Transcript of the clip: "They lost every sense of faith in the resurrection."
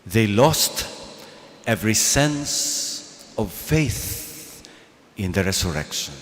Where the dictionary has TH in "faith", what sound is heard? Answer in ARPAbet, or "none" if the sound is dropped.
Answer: TH